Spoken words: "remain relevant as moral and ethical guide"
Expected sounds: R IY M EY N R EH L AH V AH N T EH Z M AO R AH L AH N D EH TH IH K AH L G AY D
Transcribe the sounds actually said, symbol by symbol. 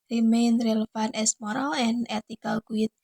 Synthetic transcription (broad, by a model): R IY M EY N R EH L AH F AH N EH S M AO R AH L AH N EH T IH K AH L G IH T